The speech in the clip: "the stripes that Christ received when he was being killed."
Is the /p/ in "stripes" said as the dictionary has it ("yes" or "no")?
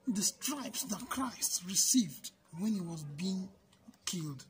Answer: yes